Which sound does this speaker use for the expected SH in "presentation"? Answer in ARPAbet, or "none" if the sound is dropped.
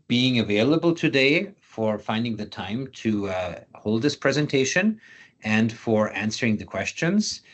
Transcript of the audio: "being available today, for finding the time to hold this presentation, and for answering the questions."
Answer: SH